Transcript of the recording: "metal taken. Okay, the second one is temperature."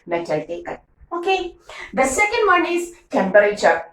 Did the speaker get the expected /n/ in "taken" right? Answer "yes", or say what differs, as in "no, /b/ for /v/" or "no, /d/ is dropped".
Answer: no, /n/ is dropped